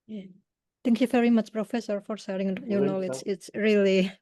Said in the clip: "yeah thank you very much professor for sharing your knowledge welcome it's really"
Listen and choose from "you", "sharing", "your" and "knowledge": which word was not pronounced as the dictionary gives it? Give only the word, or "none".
sharing